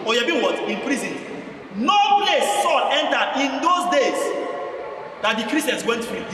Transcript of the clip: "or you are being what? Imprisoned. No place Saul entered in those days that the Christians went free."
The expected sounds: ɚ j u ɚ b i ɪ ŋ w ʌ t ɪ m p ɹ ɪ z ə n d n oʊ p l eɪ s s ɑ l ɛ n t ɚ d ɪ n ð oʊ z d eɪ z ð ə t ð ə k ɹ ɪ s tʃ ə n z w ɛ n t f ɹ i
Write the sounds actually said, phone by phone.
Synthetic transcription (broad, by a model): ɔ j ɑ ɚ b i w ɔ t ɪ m p ɹ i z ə n n oʊ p l eɪ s s ɑ l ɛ n t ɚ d ɪ n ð oʊ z d eɪ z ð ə t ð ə k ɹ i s ə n s w ɛ n t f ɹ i